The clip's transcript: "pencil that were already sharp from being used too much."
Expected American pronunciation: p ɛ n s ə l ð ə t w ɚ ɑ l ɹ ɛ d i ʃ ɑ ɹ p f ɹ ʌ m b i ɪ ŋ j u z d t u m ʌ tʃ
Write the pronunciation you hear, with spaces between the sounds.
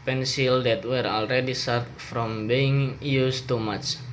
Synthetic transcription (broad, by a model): p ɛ n s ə l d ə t w ɚ ɑ l ɹ ɛ d i s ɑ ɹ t f ɹ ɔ m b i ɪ ŋ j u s t u m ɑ tʃ